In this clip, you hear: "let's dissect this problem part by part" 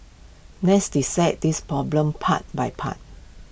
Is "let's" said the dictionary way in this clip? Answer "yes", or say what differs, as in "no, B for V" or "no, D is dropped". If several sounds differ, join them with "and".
no, N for L